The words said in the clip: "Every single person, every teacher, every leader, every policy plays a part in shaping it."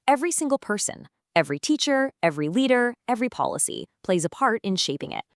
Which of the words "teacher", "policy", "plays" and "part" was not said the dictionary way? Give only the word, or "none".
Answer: none